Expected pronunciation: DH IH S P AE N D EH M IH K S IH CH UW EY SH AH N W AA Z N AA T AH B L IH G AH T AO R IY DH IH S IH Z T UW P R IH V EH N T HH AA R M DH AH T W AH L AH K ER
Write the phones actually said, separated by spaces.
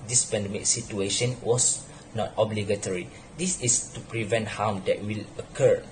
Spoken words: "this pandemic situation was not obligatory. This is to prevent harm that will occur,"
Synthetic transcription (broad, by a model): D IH S P AE N D EH M IH K S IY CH UW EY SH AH N W AA S N AA T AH B L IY G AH T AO R IY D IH S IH S T UW P R IH V EH N T HH AA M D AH T W AH L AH K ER